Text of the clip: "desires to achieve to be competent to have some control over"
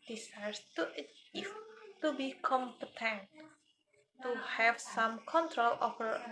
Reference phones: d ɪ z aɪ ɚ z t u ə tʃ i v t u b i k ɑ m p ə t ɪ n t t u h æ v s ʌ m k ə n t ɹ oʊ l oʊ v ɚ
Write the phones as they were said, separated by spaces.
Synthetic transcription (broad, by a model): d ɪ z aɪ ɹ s t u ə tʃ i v t u b i k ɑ m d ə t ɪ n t t u h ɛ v s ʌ m k ə n t ɹ oʊ l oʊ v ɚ